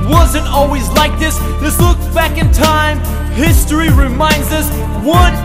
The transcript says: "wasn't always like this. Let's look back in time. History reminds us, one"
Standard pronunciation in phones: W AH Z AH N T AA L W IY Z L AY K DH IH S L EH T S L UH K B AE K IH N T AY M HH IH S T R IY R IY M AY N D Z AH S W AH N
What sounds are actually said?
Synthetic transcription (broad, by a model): W AH Z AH N T AA L W IY Z L AY K DH IH S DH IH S L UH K B AE K IH N T AY M HH IH S T R IY R IY M AY N D Z AH S W AH N